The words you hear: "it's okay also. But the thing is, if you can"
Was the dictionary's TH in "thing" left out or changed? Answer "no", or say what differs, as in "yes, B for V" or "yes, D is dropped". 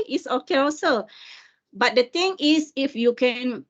yes, T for TH